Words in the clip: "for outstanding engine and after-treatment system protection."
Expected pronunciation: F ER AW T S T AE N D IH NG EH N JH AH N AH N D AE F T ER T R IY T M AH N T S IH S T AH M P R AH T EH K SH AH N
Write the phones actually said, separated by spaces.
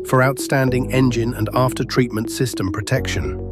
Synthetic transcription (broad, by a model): F ER AW T S T AE N D IH NG EH N JH AH N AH N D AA F T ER T R IY T M AH N T S IH S T AH M P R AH T EH K SH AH N